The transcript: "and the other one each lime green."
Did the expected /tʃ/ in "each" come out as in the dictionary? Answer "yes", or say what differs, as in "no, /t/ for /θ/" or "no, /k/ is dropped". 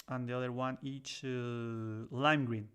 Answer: yes